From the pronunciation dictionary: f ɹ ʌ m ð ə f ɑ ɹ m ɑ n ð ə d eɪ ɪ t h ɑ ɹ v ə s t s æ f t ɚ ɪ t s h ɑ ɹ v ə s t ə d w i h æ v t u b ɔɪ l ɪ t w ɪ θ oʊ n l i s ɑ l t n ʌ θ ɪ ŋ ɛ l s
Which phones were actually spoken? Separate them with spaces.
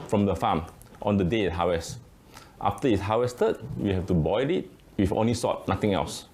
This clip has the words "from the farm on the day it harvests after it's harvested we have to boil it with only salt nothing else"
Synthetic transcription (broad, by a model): f ɹ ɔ m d ə f ɑ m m ɑ n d ə d eɪ ɪ t h ɑ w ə s t ɑ f t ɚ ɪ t h ɑ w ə s t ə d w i h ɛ f t u b ɔɪ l ɪ t w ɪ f oʊ n l i s ɑ t n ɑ t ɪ ŋ ɛ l s